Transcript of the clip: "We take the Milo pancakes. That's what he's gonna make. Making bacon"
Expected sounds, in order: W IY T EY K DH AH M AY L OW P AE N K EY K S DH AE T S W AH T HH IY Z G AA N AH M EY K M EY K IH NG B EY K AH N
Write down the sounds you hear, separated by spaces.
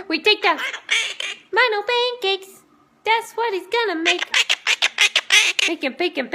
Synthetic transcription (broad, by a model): W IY T EY K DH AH M AY N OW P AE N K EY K S DH AE T S W AH T HH IY Z G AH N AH M EY K M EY K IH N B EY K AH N